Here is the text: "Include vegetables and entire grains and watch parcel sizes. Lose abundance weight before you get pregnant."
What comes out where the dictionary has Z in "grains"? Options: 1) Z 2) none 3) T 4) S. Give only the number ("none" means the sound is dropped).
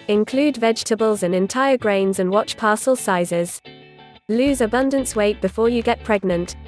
1